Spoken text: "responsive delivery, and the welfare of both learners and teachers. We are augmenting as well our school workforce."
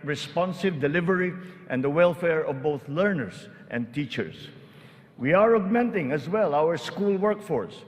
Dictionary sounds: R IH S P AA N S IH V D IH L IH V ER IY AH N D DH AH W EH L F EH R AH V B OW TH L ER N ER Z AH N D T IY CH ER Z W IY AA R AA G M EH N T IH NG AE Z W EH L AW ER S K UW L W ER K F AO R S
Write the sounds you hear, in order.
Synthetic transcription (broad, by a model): R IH S P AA N S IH V D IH L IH V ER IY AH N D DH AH W EH L F EH R AH V B OW TH L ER N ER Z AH N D T IY CH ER S W IY AA R AA G M EH N T IH NG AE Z W EH L AW ER S K UW L W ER K F AO R S